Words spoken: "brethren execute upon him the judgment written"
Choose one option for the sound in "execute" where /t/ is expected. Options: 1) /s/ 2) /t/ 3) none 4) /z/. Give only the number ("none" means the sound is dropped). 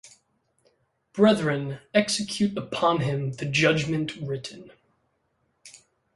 2